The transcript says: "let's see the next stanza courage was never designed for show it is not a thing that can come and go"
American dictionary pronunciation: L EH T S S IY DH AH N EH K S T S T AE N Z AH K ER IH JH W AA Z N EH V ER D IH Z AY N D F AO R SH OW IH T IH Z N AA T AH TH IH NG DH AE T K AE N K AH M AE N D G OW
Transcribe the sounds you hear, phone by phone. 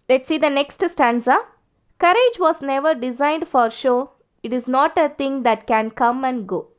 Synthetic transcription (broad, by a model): L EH T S S IY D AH N EH K S T S T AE N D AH K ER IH JH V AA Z N EH V ER D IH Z AY N D F AO R SH OW IH T IH Z N AA T AH T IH NG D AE T K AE N K AH M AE N D G OW